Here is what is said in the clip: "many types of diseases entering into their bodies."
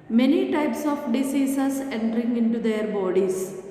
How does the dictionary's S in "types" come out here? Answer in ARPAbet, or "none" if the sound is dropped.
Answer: S